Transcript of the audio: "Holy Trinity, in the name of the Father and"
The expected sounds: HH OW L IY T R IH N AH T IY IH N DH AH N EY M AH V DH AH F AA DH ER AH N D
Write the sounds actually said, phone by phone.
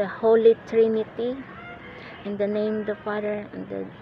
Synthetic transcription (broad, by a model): HH OW L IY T R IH N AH T IY IH N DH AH N EY AH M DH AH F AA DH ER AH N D